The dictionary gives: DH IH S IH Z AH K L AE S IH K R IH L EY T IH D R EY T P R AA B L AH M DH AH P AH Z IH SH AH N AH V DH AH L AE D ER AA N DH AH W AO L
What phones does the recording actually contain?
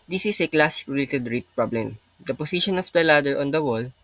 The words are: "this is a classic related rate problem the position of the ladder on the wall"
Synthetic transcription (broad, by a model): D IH S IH S AH K L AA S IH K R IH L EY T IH D R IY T P R AA B L AH M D AH P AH S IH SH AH N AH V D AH L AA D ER AA N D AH W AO L